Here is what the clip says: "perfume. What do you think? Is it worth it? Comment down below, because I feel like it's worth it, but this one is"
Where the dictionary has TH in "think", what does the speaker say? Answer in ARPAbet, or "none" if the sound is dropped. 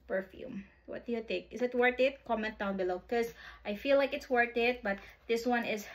T